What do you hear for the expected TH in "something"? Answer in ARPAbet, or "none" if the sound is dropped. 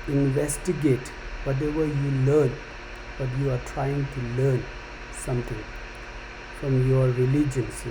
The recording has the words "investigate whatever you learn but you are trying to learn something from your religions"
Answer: T